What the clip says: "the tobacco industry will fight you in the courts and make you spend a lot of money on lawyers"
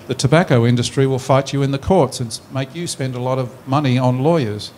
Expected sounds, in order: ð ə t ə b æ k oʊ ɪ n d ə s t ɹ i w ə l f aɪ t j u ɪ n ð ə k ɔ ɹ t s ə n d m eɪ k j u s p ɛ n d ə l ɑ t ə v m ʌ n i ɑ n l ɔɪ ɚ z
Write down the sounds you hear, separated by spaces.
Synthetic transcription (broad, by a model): ð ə t ə b æ k oʊ ɪ n d ə s t ɹ i w ə l f aɪ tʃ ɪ ɪ n ð ə k ɔ ɹ t s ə n m eɪ k j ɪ s p ɛ n d ə l ɑ t ə v m ʌ n i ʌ n l ɔɪ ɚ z